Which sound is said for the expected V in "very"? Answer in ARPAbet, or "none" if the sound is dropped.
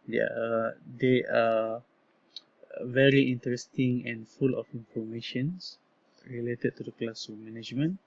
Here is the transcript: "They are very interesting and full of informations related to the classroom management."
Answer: V